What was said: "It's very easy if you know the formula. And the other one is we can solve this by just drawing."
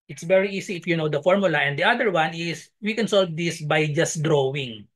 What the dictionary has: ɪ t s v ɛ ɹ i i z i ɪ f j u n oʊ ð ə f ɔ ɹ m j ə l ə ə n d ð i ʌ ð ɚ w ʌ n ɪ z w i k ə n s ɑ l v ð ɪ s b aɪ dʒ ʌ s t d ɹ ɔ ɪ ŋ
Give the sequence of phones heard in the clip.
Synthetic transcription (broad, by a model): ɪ t s v ɛ ɹ i i s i ɪ f j u n oʊ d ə f ɔ ɹ m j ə l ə ə n d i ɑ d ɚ w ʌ n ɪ s w i k ə n s ɑ l v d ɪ s b aɪ dʒ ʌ s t d ɹ ɔ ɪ ŋ